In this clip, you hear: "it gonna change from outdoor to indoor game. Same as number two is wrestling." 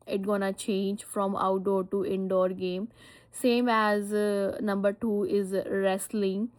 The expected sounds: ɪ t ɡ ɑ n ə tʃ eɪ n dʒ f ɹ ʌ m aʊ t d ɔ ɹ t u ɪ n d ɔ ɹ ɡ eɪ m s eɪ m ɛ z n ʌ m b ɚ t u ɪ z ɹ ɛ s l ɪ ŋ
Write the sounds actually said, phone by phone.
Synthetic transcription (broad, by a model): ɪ t ɡ ɑ n ə tʃ eɪ n dʒ f ɹ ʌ m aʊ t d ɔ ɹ t u ɪ n d ɔ ɹ ɡ eɪ m s eɪ m ɛ z n ʌ m b ɚ t u ɪ z ɹ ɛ s l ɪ ŋ